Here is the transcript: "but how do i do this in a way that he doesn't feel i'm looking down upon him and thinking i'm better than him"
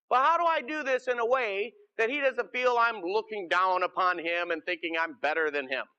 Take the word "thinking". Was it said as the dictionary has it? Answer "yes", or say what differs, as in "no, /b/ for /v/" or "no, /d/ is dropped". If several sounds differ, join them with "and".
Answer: yes